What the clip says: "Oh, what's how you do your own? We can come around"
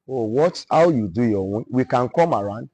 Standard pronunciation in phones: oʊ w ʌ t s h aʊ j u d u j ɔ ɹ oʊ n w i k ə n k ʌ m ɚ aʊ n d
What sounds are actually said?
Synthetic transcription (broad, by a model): oʊ w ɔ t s h aʊ j u d u j ɔ w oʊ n w i k ə n k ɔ m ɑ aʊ n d